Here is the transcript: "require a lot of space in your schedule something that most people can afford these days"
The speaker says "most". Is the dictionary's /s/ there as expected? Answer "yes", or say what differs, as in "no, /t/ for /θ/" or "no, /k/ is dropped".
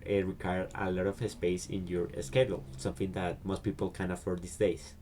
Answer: yes